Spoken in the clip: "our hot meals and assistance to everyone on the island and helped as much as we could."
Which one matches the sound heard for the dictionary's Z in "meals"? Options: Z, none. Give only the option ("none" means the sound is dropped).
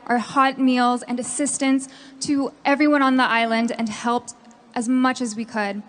Z